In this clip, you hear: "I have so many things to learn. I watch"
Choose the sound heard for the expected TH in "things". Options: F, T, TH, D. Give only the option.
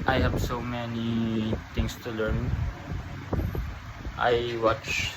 T